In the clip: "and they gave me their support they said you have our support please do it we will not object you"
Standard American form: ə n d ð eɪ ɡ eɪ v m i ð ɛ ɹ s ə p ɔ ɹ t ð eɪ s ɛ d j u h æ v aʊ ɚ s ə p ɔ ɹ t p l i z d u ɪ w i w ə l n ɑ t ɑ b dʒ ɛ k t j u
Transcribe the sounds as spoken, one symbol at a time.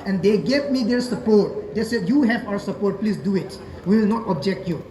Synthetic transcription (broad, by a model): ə n d eɪ ɡ eɪ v m i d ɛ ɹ s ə p ɔ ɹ t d eɪ s ɛ d j u h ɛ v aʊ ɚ s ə p ɔ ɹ t p l i s d u ɪ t w ə l n ɑ t ɑ b dʒ ɛ k t j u